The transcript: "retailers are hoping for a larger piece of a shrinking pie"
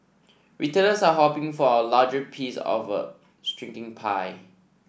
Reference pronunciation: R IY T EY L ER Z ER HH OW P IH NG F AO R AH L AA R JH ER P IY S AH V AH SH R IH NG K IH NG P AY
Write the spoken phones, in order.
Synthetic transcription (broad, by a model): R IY T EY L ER S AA HH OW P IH NG F AO W AH L AA JH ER P IY S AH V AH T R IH NG K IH NG P AY